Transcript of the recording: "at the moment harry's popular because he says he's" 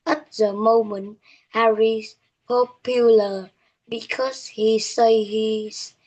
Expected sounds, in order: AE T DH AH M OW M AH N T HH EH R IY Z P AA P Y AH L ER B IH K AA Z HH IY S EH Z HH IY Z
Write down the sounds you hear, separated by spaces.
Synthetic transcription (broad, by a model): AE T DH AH M OW M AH N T HH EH R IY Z P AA P Y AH L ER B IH K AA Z HH IY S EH HH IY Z